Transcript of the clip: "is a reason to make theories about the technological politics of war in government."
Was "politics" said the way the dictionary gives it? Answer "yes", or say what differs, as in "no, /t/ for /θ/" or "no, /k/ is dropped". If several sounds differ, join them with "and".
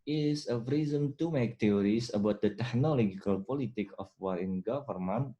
no, /s/ is dropped